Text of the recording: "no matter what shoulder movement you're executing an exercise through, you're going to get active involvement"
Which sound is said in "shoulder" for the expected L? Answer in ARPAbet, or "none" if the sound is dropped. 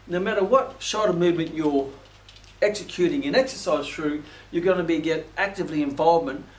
none